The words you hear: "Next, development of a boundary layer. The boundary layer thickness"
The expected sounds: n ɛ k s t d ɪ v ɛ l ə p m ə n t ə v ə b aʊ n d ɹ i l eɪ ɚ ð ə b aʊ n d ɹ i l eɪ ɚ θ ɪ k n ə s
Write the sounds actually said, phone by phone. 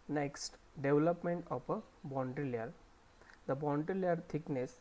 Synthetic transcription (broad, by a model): n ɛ k s t d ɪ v l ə p m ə n t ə p ə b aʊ n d ɹ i l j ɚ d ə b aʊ n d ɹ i l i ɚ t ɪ k n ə s